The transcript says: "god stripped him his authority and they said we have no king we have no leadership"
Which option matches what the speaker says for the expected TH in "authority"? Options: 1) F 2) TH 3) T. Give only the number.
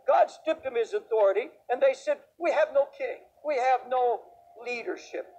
2